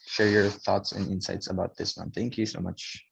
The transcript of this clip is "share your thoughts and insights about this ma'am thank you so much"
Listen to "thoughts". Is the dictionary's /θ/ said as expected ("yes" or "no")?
yes